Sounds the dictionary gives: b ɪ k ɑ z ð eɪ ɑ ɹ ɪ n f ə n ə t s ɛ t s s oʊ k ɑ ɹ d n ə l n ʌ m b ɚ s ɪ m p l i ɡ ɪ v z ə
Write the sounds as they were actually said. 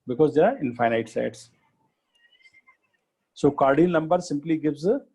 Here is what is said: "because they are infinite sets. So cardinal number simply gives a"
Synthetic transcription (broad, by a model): b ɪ k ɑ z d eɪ ɑ ɹ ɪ n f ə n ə t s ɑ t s s oʊ k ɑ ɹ d ə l n ʌ m b ɚ s ɪ m p l i ɡ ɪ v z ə